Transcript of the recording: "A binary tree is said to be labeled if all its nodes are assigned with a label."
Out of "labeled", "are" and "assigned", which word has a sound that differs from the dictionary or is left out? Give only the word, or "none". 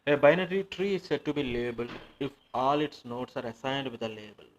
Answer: labeled